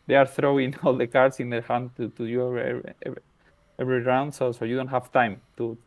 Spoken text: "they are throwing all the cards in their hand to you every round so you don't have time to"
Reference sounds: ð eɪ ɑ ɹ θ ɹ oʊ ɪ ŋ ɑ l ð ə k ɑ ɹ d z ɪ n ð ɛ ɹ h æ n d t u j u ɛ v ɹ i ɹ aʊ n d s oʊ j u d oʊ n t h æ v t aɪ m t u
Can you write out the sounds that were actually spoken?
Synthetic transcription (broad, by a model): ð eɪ ɑ ɹ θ ɹ oʊ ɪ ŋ ɑ l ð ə k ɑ ɹ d s ɪ n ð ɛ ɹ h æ n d t u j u ɛ v ɹ i ɹ aʊ n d s oʊ j u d oʊ n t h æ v t aɪ m t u